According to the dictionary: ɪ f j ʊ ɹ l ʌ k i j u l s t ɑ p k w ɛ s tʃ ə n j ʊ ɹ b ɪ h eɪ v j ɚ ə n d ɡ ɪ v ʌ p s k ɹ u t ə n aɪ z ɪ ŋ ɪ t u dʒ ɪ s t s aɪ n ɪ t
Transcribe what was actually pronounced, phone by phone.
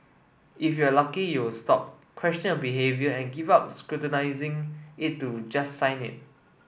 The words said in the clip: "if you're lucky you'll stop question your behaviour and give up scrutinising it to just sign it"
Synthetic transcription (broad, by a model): ɪ f j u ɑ l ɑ k i j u w s t ɑ p k w ɛ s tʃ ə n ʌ l b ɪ h eɪ v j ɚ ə n ɡ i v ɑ p s k ɹ u t ə n aɪ z ɪ ŋ ɪ t u dʒ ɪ s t s aɪ n ɪ t